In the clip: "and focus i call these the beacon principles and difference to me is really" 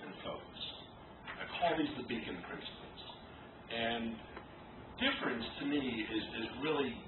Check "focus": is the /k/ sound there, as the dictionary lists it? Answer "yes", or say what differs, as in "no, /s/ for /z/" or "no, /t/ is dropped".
no, /k/ is dropped